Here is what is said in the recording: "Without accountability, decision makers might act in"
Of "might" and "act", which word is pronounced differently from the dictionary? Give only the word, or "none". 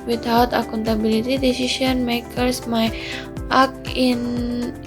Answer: act